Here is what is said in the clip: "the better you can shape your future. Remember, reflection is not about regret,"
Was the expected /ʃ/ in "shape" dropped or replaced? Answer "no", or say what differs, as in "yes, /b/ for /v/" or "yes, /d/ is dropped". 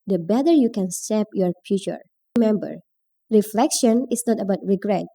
yes, /s/ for /ʃ/